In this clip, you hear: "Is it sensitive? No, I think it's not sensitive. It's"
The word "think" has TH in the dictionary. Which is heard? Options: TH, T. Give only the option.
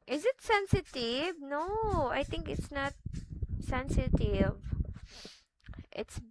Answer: T